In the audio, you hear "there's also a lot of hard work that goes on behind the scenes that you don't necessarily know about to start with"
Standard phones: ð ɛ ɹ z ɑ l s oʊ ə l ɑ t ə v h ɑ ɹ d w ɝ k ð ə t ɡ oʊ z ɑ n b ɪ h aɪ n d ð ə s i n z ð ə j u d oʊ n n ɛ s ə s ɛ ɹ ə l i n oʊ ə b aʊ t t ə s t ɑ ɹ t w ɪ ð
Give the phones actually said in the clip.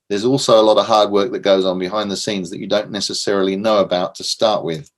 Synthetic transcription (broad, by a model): ð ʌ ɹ z ɑ l s oʊ ə l ɑ t ə v h ɑ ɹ d w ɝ k ð ə t ɡ oʊ z n b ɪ h aɪ n ð ə s i n z ð ə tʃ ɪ d oʊ n n ɛ s ə s ɛ ɹ ə l i n oʊ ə b aʊ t t ə s t ɑ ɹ t w ɪ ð